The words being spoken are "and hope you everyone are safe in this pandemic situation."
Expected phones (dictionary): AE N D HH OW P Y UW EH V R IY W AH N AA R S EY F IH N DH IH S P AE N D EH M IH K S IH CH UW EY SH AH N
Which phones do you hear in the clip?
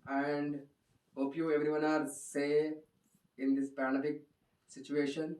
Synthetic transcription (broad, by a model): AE N D HH OW P Y UW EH V R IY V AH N AA R S EY IH N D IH S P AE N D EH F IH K S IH CH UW EY SH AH N